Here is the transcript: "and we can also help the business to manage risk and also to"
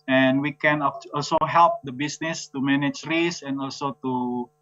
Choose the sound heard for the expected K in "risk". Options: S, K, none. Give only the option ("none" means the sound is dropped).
none